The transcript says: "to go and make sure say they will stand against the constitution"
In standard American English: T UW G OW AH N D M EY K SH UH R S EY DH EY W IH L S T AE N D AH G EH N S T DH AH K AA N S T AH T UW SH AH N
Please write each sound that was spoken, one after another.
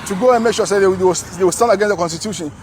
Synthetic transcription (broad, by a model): T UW G OW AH N M EY K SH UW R S EY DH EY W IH W S T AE N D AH G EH N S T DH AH K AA N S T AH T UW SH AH N